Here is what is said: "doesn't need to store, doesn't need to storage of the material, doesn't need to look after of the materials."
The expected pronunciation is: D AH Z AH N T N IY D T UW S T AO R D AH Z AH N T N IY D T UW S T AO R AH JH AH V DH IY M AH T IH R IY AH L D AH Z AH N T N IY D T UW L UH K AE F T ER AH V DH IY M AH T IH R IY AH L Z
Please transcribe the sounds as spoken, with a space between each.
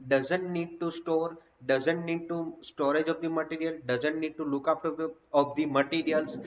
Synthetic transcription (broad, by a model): D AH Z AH N T N IY D T UW S T AO R D AH Z AH N T N IY D T UW S T AO R AH JH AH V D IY M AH T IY R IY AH L D AH Z AH N T N IY D T UW L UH K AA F T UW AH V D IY M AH T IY R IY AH L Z